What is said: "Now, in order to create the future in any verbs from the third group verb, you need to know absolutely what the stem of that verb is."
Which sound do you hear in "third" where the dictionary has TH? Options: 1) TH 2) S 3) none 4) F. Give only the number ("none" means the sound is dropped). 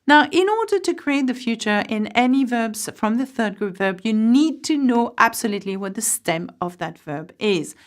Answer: 1